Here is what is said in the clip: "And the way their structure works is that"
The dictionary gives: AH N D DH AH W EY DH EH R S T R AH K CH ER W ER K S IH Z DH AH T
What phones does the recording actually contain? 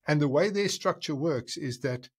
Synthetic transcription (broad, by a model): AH N DH AH W EY DH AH R S T R AH K CH ER W ER K S IH Z DH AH T